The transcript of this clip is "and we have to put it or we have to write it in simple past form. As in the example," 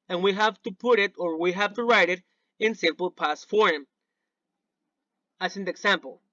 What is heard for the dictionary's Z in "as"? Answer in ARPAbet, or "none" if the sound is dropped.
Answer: S